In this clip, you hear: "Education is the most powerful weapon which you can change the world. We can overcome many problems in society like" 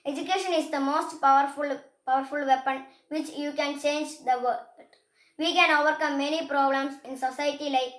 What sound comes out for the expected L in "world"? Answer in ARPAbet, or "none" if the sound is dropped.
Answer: none